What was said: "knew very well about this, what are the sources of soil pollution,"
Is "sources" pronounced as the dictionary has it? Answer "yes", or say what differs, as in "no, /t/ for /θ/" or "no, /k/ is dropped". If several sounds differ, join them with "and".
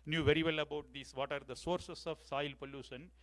no, /s/ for /z/